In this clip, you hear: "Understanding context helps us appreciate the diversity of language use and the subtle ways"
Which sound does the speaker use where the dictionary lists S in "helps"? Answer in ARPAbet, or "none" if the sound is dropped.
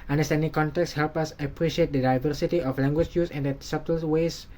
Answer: none